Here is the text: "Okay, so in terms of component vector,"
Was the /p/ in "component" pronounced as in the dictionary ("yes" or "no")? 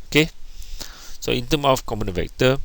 no